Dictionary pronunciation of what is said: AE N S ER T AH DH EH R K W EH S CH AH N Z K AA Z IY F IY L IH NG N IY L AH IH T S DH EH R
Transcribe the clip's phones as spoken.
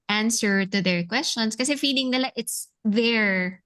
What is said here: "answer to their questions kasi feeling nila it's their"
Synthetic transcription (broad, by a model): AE N S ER T AH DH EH R K W EH S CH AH N S K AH S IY F IY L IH NG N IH L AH IH T S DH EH R